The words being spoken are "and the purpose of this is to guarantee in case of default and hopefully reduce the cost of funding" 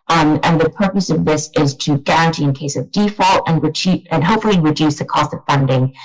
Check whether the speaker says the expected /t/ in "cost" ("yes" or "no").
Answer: yes